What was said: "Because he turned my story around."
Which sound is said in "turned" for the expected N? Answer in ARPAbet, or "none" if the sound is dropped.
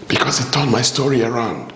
none